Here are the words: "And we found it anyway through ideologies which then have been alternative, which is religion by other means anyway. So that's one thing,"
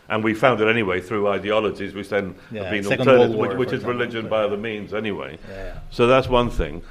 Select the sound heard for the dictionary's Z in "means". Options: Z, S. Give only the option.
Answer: Z